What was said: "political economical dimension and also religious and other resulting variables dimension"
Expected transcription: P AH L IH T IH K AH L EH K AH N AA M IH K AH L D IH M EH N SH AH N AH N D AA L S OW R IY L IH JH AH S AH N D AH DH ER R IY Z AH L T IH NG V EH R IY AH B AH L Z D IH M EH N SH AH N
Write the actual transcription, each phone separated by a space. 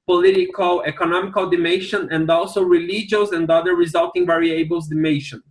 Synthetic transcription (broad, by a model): P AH L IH T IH K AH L EH K AH N AA M IH K AH L D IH M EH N SH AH N AH N D AA L S OW R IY L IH JH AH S AH N D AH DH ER R IY Z AH L T IH NG V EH R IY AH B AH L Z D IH M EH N SH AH N